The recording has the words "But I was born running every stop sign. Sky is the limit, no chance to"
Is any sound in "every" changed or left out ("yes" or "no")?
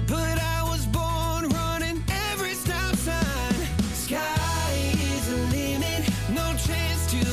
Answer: no